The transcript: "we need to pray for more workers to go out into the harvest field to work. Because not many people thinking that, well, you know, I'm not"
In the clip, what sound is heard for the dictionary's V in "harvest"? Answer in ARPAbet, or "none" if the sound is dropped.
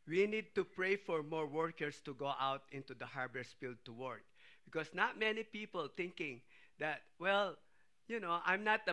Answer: B